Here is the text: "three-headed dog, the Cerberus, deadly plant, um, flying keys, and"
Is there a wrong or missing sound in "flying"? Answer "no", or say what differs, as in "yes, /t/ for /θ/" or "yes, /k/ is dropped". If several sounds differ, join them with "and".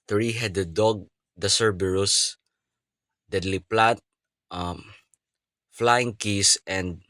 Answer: no